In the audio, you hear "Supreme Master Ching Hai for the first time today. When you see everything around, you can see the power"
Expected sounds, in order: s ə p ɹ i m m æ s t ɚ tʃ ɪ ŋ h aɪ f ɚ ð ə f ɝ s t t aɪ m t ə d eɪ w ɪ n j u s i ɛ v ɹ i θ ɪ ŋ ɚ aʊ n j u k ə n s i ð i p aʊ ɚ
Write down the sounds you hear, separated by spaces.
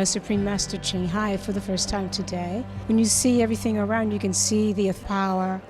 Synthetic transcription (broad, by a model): s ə p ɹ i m m æ s t ɚ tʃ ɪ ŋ h aɪ f ɚ ð ə f ɝ s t t aɪ m t ə d eɪ w ɪ n j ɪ s i ɛ v ɹ i θ ɪ ŋ ɚ aʊ n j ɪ k ə n s i ð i p aʊ ɚ